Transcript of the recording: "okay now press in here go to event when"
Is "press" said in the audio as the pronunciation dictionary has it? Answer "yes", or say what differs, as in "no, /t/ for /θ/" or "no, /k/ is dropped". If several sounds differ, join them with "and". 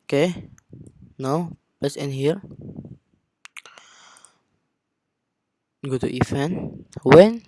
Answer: no, /l/ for /ɹ/